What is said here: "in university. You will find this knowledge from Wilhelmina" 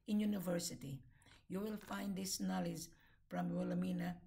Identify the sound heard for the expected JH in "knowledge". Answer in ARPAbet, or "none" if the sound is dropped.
Z